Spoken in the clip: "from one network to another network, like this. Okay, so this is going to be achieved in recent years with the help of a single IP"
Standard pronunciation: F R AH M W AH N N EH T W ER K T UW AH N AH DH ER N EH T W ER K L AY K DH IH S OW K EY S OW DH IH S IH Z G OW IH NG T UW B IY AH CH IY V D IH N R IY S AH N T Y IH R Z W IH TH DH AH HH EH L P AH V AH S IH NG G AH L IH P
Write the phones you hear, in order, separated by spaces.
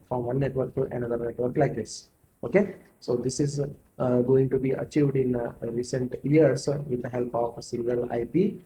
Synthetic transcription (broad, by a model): F R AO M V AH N N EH T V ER K T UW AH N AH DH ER N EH T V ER K L AY K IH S OW K EY S OW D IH S IH Z G OW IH NG T UW B IY AH CH IY V D IH N R IY S AH N T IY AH R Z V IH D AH HH EH L P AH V S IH NG G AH L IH P